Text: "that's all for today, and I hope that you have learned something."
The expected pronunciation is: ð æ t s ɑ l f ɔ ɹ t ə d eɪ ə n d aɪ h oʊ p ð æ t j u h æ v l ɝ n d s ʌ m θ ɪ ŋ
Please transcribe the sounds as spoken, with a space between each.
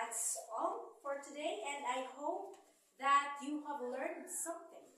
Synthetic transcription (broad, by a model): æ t s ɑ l f ɔ ɹ t ə d eɪ ə n d aɪ h oʊ p ð æ t j u h æ v l ɝ n d s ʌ m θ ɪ ŋ